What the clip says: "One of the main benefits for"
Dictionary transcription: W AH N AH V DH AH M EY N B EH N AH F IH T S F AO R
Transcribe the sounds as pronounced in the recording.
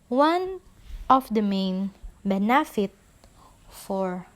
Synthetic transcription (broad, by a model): W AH N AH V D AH M EY N B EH N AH F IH T F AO R